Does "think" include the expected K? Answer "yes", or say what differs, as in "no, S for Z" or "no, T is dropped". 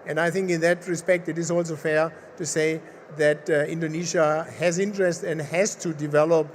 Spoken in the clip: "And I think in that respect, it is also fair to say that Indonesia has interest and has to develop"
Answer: yes